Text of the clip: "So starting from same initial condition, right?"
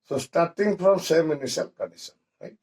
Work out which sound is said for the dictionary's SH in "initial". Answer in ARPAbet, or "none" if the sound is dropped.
S